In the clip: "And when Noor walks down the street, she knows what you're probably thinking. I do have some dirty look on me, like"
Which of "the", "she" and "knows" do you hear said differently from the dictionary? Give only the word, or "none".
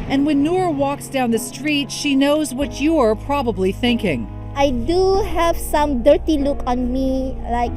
none